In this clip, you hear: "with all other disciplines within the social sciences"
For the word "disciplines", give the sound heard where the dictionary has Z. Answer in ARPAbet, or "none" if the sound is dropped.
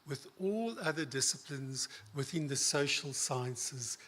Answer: Z